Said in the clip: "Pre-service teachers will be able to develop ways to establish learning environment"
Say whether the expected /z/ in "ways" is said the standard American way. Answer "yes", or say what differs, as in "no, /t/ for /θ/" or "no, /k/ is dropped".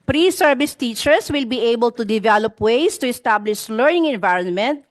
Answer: no, /s/ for /z/